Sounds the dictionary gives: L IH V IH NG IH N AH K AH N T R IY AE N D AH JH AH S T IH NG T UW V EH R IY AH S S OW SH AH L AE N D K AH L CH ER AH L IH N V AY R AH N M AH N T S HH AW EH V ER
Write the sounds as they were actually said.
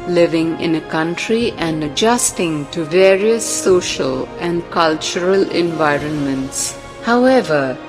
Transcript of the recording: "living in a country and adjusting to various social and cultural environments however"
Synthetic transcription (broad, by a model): L IH V IH NG IH N AH K AH N T R IY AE N D AH JH AH S T IH NG T UW V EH R IY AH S S OW SH AH L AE N D K AH L CH ER AH L IH N V AY R AH N M AH N T S HH AW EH V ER